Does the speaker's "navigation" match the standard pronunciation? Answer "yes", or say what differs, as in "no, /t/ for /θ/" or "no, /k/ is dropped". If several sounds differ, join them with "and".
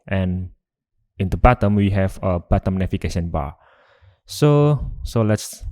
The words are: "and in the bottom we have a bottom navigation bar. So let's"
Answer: no, /f/ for /v/